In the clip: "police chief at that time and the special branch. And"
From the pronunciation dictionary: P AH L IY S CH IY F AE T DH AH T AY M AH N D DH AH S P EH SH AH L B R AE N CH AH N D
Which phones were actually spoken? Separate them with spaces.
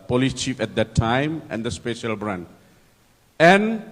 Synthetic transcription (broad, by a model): P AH L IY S CH IY F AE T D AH T AY M AH N D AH S P EH SH AH L B R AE N AH N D